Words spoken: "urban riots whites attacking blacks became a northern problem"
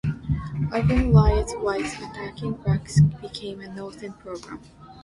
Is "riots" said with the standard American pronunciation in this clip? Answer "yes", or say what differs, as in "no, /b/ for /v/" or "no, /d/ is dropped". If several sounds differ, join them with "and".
no, /l/ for /ɹ/